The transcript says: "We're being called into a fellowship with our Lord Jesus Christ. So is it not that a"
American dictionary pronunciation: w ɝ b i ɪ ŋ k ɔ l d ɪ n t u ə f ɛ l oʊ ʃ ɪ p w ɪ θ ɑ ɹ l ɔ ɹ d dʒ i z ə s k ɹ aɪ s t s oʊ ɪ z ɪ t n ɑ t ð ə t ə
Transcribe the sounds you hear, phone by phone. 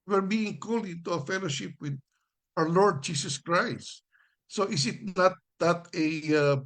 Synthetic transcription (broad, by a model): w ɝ b i ɪ ŋ k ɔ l ɪ t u ə f ɛ l oʊ ʃ ɪ p w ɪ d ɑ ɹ l ɔ ɹ d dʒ i s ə s k ɹ aɪ s t s oʊ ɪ s ɪ t n ɑ t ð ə t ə